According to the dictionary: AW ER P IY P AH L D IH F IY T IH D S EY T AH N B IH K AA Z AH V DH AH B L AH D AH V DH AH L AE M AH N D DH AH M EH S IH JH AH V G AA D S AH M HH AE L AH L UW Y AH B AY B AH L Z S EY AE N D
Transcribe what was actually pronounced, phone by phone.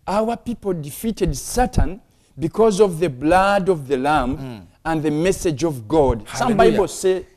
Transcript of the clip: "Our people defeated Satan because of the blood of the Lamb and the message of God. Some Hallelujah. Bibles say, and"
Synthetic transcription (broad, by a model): AW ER P IY P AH L D IH F IY T IH D S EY T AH N B IH K AA Z AH V DH AH B L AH D AH V DH AH L AE M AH N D DH AH M EH S IH JH AH V G AA D S AH M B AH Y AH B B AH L S EY